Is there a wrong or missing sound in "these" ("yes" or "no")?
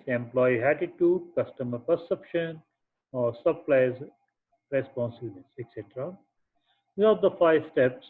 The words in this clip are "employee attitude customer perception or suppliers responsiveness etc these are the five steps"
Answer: yes